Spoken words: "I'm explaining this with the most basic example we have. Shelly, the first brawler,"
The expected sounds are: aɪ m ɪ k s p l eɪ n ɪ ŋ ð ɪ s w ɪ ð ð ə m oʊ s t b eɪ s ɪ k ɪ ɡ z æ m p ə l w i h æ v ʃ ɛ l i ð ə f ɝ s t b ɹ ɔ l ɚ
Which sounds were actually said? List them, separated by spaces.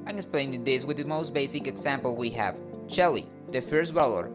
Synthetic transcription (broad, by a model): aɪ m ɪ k s p l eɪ ɪ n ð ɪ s w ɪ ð ð ə m oʊ s t b eɪ s ɪ k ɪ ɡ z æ m p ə l w i h æ v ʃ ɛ l i ð ə f ɝ s t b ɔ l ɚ